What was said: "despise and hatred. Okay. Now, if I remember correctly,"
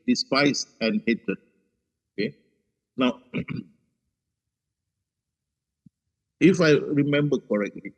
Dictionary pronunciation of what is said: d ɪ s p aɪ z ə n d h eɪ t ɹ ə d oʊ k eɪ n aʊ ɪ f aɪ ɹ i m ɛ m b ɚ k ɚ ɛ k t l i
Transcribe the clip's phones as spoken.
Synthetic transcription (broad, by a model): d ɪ s p aɪ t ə n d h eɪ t ə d oʊ k eɪ n aʊ ɪ f aɪ ɹ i m ɛ m b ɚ k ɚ ɛ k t l i